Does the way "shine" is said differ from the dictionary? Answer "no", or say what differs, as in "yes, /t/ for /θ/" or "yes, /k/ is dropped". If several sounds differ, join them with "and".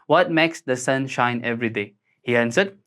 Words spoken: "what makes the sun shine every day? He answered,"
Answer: no